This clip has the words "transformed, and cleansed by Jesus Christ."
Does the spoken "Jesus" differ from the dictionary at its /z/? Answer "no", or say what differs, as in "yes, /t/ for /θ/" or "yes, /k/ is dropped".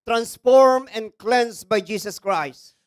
yes, /s/ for /z/